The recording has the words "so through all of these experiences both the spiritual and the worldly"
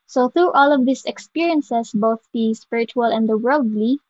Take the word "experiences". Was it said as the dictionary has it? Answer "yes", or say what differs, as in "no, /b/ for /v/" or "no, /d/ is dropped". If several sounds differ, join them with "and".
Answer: no, /s/ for /z/